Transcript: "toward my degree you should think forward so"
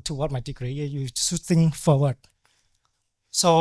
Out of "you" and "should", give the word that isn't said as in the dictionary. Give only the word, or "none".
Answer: should